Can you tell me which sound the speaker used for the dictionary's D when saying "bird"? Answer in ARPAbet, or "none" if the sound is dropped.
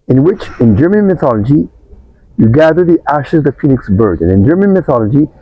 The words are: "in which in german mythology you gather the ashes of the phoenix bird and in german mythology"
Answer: D